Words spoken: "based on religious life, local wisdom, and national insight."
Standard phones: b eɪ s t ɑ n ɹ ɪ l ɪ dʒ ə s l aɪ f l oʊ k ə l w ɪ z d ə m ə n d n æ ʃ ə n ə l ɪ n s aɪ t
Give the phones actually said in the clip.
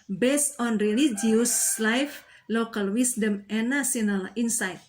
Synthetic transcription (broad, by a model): b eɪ s t ɑ n ɹ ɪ l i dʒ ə s l aɪ f l oʊ k ə l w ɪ s d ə m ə n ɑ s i ə n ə l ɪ n s aɪ t